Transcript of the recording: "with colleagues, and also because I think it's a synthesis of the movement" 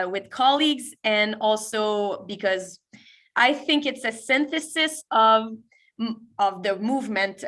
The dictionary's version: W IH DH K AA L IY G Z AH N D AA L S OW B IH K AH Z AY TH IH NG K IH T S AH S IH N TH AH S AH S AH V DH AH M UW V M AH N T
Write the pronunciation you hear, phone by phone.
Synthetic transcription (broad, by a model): W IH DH K AA L IY G Z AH N AA L S OW B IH K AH Z AY TH IH NG K IH T S AH S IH N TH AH S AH S AH V DH AH M UW V M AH N T